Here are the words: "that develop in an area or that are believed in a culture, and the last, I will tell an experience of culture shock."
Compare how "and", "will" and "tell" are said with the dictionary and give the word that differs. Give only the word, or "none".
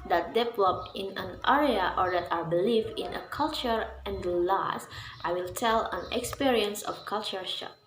none